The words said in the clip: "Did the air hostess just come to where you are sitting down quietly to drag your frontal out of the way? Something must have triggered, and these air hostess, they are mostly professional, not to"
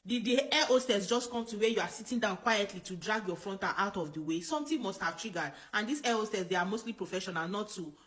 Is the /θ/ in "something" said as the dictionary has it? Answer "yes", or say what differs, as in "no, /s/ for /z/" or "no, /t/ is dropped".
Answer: no, /t/ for /θ/